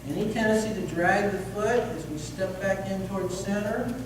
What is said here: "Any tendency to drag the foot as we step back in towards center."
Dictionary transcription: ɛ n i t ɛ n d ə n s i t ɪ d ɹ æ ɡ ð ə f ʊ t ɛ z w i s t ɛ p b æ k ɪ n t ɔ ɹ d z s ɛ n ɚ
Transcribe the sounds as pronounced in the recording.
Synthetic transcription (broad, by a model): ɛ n i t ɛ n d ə n s i t ɪ d ɹ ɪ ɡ ð ə f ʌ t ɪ z w i s t ɛ p b æ k ɪ n t ɔ ɹ d z s ɛ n ɚ